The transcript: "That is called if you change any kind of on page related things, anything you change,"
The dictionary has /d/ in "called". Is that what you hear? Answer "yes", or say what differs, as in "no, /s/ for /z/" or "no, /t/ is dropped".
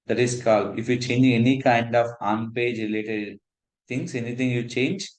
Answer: no, /d/ is dropped